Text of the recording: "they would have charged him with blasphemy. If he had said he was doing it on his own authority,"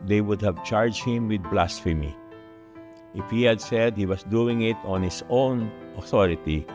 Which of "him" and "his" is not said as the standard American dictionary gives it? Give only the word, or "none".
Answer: his